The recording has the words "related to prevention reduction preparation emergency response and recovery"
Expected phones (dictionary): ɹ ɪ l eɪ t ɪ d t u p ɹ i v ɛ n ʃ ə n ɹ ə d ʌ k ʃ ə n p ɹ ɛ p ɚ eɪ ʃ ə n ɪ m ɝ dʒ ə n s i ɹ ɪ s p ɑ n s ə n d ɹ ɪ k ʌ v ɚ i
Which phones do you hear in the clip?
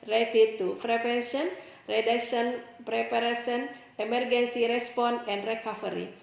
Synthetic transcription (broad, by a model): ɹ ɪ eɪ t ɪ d t u f ɹ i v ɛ n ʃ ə n ɹ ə d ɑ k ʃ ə n p ɹ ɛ p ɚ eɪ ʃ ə n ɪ m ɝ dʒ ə n s i ɹ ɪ s p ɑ n ə n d ɹ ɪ k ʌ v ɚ i